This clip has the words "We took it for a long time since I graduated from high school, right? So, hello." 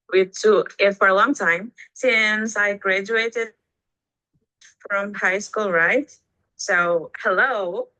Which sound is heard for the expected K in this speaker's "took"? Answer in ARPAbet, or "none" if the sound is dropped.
none